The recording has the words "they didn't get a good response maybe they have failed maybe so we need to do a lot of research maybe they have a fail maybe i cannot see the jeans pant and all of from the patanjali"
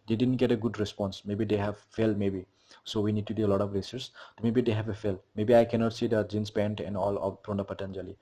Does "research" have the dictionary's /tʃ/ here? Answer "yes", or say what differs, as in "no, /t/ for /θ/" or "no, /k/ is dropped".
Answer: no, /s/ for /tʃ/